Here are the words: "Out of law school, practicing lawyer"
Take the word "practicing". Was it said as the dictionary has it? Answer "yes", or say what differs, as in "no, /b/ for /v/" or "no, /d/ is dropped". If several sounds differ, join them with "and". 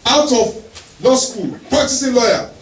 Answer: no, /k/ is dropped